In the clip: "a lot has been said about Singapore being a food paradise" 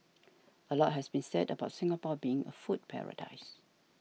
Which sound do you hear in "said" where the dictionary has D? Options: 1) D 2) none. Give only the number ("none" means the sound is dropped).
1